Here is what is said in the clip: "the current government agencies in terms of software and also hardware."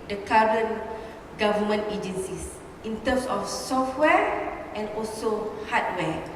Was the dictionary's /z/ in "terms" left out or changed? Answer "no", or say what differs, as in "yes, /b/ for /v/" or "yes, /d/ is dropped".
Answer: yes, /s/ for /z/